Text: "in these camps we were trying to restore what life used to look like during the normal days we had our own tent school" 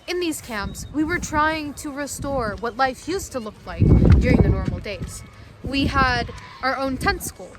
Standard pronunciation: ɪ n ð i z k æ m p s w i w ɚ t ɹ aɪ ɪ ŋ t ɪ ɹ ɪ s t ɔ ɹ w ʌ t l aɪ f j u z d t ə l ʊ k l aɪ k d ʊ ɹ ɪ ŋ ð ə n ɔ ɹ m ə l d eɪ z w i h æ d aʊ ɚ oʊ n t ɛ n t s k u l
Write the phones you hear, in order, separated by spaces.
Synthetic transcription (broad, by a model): ɪ n ð i z k æ m p s w i w ɚ t ɹ aɪ ɪ ŋ t ɪ ɹ ɪ s t ɔ ɹ w ʌ t l aɪ f j u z t ə l ʊ k l aɪ k d ʊ ɹ ɪ ŋ ð ə n ɔ ɹ m l d eɪ z w i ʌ d aʊ ɚ oʊ n t ɛ n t s k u l